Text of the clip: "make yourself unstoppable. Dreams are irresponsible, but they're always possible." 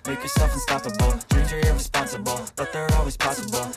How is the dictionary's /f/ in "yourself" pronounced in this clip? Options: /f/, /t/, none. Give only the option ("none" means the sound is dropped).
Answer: /f/